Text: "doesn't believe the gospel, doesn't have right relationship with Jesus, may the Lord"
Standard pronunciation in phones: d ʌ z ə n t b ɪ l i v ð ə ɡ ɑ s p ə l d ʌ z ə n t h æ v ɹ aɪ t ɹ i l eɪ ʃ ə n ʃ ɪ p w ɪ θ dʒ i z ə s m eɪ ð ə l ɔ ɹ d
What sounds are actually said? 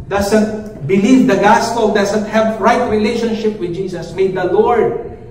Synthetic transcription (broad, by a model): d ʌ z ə n t b ɪ l i v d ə ɡ ɑ s p ə l d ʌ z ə n t h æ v ɹ aɪ t ɹ i l eɪ ʃ ə n ʃ ɪ p w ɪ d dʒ i s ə s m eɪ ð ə l ɔ ɹ d